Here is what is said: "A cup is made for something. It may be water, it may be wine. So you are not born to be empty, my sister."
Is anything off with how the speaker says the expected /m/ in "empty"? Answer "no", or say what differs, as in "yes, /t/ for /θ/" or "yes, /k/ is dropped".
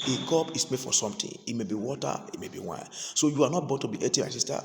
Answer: yes, /m/ is dropped